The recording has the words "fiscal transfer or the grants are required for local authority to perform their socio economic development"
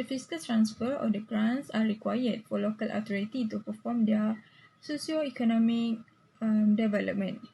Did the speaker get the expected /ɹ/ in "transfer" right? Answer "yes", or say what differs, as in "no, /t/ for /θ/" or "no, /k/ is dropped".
yes